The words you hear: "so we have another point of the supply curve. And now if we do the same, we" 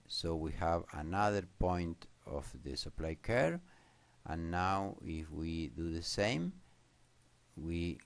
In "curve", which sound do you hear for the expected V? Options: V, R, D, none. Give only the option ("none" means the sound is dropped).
none